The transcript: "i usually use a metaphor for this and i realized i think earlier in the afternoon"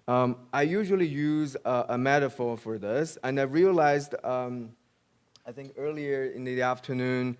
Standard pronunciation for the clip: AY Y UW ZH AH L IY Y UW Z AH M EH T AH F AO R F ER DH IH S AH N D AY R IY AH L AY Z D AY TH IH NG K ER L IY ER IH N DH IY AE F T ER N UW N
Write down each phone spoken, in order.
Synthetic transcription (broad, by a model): AY Y UW ZH AH L IY Y UW Z AH M EH T AH F AO R F ER DH IH S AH N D AY R IY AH L AY Z D AY TH IH NG K ER L IY ER IH N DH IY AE F T ER N UW N